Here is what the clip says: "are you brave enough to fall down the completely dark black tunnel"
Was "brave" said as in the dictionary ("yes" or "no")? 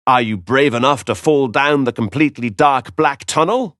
yes